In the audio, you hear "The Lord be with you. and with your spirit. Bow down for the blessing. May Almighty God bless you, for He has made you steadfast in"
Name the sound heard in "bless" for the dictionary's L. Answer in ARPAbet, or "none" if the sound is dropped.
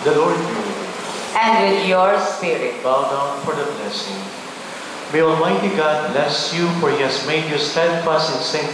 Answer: L